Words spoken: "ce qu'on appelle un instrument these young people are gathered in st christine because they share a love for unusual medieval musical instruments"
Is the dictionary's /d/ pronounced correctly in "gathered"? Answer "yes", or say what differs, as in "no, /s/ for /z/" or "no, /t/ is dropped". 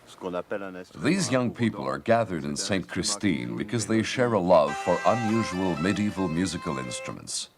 yes